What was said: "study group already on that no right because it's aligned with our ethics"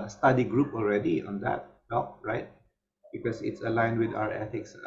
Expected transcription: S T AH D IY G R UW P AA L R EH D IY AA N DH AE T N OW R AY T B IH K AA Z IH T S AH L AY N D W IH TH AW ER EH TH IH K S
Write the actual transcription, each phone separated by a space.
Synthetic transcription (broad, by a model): S T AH D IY G R UW P AA L R EH D IY AA N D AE T L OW R AY T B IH K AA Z IH T S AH L AY N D W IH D AW ER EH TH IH K S